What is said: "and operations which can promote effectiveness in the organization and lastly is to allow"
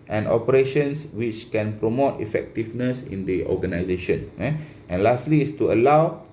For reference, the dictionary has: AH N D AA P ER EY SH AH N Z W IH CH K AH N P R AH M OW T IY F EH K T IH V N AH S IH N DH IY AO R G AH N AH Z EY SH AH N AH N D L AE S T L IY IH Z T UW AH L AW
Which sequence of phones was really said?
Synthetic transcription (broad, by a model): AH N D AA P ER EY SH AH N S W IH CH K AH N P R AH M OW T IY F EH K T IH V N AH S IH N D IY AO G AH N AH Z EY SH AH N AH N L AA S T L IY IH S T UW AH L AW